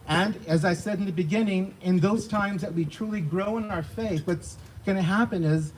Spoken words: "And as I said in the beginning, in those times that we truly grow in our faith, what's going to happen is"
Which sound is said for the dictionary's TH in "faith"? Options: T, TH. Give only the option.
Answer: TH